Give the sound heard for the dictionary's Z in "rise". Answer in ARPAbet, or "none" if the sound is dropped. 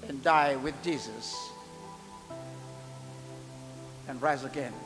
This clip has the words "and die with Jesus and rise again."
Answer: Z